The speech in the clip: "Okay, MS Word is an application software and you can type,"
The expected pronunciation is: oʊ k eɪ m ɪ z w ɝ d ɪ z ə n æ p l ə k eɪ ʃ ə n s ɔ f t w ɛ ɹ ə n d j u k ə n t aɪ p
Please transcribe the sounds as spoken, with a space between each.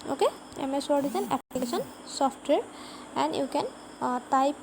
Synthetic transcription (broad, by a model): oʊ k eɪ m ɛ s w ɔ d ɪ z ə n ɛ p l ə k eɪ s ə n s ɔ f t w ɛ ɹ ə n d j u k ə n t aɪ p